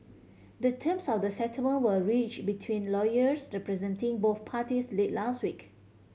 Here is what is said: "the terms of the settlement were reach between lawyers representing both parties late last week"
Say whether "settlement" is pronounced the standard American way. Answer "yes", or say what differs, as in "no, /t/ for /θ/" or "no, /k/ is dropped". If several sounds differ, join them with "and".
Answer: no, /l/ is dropped